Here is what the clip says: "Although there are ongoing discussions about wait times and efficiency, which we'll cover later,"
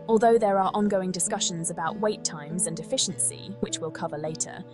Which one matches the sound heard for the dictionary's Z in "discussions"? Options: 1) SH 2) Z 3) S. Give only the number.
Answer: 2